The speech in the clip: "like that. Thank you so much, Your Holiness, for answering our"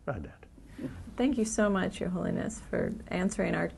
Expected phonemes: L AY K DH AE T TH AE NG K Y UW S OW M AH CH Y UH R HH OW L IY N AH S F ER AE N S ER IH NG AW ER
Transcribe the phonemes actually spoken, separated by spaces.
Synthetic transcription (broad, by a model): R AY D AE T TH AE NG K Y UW S OW M AH CH Y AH R HH OW L IY N AH S F ER AE N S ER IH NG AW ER